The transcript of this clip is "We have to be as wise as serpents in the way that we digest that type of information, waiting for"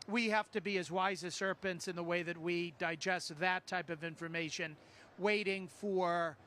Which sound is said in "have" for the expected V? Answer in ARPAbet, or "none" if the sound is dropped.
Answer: F